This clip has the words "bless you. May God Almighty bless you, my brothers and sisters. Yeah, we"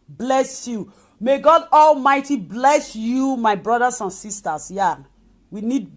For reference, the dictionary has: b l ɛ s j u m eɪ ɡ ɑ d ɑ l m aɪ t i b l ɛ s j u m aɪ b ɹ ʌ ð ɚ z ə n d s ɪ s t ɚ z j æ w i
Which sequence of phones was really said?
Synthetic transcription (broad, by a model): b l ɛ s j u m eɪ ɡ ɑ d ɑ l m aɪ t i b l ɛ s j u m aɪ b ɹ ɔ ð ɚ s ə n s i s t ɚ s j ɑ w i